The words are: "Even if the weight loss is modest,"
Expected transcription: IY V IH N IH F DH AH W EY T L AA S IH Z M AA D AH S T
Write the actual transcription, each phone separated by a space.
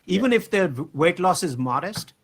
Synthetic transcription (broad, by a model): IY V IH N IH F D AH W EY T L AA S IH Z M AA D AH S T